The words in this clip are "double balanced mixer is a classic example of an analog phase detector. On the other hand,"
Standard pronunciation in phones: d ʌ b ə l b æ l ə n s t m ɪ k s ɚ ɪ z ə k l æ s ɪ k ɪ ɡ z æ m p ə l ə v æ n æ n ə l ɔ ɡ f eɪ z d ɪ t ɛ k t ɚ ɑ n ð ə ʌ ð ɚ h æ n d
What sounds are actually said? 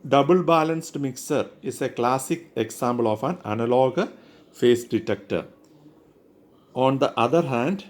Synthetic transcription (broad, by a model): d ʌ b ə l b æ l ə n s t m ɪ k s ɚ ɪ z ə k l æ s ɪ k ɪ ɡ s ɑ m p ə l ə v æ n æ n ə l ɔ ɡ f eɪ s d ɪ t ɛ k t ɚ ɑ n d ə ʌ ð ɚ h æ n d